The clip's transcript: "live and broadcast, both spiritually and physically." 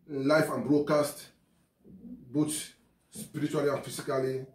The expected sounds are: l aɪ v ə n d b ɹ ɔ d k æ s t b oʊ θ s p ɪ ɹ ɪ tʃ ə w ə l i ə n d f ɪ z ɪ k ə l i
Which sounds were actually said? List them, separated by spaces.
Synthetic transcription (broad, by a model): l aɪ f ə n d b ɹ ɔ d k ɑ s t b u t s p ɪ ɹ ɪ tʃ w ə l i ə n f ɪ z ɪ k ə l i